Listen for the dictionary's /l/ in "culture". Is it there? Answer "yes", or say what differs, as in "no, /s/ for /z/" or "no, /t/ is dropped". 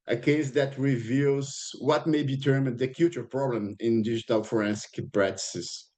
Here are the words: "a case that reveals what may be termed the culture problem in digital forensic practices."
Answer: no, /l/ is dropped